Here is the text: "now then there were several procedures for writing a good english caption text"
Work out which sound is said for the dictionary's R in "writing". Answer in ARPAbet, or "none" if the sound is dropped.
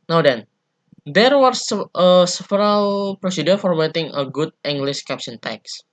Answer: W